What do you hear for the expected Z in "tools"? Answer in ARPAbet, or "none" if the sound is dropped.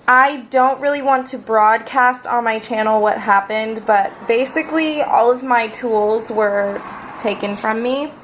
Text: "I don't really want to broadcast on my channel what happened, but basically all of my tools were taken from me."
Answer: Z